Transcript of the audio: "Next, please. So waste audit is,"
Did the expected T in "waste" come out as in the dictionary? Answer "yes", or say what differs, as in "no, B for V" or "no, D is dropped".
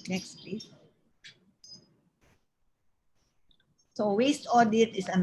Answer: yes